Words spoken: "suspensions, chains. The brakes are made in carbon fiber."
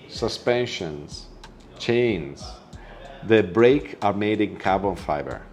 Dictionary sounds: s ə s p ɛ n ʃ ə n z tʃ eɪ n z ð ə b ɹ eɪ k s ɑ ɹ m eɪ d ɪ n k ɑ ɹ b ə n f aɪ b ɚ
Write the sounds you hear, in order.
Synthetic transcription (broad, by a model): s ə s p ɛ n ʃ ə n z tʃ eɪ n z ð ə b ɹ eɪ k ɑ ɹ m eɪ d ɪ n k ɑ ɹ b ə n f aɪ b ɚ